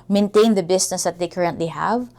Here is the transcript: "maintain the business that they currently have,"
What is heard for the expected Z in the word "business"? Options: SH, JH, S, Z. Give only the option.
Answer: S